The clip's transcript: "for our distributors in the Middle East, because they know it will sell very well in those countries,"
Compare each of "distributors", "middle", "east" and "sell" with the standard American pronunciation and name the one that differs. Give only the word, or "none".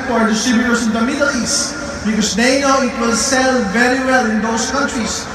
distributors